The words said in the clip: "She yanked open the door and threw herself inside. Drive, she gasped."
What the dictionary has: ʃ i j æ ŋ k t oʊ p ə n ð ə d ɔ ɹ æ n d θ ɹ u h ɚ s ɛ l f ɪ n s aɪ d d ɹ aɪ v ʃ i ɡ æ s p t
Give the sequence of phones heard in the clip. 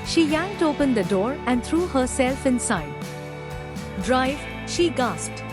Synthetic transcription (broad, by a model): ʃ i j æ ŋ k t oʊ p ə n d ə d ɔ ɹ æ n d t ɹ u h ɚ s ɛ l f ɪ n s aɪ d d ɹ aɪ v ʃ i ɡ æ s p t